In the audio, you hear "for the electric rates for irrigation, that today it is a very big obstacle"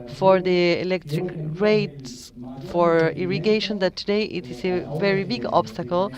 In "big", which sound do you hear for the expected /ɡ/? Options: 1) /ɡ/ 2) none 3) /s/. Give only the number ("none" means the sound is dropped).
1